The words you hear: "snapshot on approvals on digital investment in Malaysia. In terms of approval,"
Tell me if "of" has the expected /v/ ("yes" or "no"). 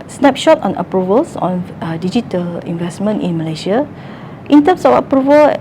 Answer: no